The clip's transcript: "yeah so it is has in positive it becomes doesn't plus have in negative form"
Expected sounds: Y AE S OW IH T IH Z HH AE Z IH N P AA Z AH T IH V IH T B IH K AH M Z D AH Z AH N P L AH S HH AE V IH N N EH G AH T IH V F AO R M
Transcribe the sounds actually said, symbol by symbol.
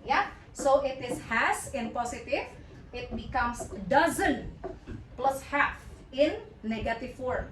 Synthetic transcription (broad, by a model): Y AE S OW IH T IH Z HH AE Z IH N P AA S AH T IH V IH T B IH K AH M S D AH Z AH N P L AH S HH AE F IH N N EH G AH T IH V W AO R